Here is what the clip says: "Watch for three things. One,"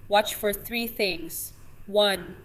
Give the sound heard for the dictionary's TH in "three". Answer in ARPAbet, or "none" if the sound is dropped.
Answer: TH